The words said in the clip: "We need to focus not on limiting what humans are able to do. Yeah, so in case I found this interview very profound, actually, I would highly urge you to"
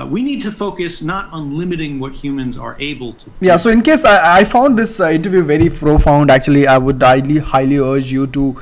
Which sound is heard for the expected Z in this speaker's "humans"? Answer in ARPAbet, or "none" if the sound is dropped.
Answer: Z